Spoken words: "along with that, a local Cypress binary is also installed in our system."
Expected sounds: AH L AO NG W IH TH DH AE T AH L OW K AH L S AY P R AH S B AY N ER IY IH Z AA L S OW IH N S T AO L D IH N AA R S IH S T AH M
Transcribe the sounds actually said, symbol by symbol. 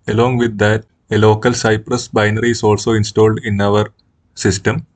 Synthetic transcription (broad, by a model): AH L AO NG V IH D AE T AH L OW K AH L S AY P R AH S B AY N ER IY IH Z AA L S OW IH N S T AO L D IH N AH R S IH S T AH M